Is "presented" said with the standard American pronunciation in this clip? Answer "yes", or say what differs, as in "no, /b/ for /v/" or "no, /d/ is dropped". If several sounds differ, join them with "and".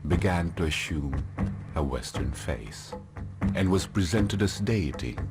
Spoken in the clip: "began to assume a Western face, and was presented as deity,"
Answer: yes